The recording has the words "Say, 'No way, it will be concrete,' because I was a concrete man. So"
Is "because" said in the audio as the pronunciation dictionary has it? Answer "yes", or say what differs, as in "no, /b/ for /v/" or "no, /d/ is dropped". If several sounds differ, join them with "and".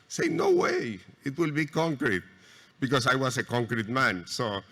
no, /s/ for /z/